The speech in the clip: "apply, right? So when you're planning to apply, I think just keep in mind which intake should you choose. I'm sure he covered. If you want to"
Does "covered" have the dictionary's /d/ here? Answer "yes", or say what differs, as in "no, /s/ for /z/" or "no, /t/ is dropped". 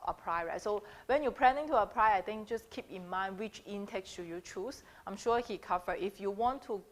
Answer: no, /d/ is dropped